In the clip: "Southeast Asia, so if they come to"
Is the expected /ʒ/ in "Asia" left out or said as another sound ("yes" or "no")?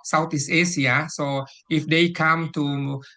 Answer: yes